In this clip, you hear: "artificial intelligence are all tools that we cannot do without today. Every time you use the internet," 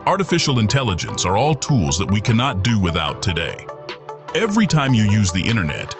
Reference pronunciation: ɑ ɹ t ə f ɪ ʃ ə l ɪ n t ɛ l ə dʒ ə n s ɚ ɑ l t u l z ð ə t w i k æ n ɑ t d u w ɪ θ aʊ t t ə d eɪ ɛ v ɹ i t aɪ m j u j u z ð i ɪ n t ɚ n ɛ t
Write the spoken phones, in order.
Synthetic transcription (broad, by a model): ɑ ɹ t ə f ɪ ʃ l ɪ n t ɛ l ə dʒ ə n s ɚ ɑ l t u l z ð ə t w i k æ n ɑ t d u w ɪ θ aʊ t t ə d eɪ ɛ v ɹ i t aɪ m j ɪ j u z ð i ɪ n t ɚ n ɛ t